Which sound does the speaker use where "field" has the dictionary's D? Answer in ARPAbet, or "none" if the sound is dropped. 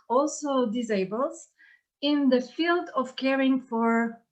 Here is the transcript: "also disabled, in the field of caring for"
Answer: D